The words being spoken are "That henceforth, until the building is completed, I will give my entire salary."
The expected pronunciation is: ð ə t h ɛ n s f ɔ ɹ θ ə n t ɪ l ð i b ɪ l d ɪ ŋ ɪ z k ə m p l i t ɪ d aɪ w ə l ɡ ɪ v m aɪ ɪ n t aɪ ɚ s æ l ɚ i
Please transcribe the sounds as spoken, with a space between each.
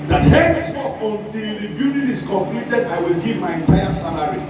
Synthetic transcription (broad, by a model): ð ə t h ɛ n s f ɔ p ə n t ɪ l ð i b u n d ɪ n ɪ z k ə m p l i t ɪ d aɪ w ə l ɡ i v m aɪ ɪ n t aɪ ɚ s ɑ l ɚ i